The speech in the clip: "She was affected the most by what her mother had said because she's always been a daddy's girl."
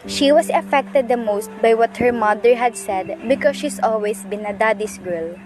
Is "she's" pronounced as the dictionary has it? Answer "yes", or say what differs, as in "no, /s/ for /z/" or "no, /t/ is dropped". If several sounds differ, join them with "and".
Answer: no, /s/ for /z/